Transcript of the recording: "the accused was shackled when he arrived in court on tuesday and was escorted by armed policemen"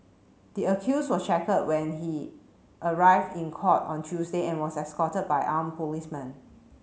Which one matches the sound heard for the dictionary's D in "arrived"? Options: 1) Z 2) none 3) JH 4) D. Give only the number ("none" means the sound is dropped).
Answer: 4